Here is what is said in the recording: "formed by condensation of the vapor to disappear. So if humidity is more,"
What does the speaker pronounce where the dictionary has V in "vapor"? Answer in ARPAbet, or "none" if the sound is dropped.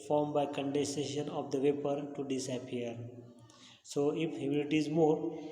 V